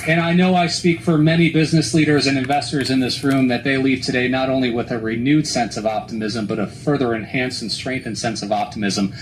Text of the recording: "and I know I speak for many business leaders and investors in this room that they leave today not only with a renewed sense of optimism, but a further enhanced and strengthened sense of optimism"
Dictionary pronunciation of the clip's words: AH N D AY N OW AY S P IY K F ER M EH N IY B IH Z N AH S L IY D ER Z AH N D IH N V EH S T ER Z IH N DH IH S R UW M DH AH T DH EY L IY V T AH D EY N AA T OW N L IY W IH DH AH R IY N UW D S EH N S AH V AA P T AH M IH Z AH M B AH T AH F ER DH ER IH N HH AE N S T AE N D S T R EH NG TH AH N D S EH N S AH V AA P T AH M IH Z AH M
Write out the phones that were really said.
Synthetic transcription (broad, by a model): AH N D AY N OW AY S P IY K F ER M EH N IY B IH Z N AH S L IY D ER Z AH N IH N V EH S T ER Z IH N DH IH S R UW M DH AH T DH EY L IY V T AH D EY N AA T OW N L IY W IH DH AH R IY N UW D S EH N S AH V AA P T AH M IH Z AH M B AH T AH F ER DH ER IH N HH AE N S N S T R EH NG TH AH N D S EH N S AH V AA P T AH M IH Z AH M